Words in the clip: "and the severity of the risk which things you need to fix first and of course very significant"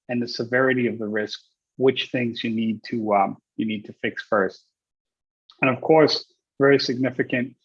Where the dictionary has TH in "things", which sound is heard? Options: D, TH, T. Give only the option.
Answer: TH